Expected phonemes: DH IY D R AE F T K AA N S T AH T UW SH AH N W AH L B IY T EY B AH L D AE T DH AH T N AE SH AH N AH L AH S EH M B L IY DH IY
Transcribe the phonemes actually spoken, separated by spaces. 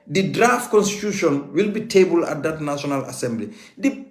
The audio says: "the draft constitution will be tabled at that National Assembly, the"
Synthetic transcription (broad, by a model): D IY D R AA F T K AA N S T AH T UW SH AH N W AH L B IY T EY B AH L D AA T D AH T N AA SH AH N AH L AH S EH M B L IY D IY